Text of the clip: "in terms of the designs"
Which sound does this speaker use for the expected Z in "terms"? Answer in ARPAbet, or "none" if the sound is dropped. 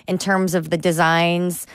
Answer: Z